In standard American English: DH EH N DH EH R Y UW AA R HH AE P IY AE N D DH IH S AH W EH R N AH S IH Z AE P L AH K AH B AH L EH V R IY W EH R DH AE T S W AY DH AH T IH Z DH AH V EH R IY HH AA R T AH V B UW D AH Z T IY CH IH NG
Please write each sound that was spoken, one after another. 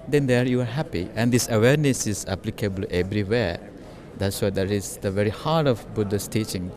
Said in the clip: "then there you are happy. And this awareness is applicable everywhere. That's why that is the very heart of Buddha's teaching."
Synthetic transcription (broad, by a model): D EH N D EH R Y UW AA R HH AE P IY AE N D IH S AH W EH R N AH S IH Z AE P L AH K AH B AH L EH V R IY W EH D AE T S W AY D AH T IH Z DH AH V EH R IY HH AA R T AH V B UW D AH S T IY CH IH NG